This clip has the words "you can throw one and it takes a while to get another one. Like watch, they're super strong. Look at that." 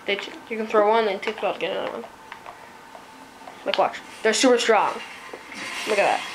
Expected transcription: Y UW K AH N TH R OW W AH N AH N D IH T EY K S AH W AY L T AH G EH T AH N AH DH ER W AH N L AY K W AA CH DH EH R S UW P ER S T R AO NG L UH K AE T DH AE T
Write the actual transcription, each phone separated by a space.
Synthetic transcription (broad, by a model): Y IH K AH N TH R OW W AH N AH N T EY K AH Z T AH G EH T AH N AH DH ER W AH N L AY K W AA CH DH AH R S UW P ER S T R AO NG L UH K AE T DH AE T